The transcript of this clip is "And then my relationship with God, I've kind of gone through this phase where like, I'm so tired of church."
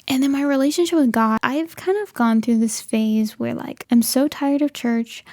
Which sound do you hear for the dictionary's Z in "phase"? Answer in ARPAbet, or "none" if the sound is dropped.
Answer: Z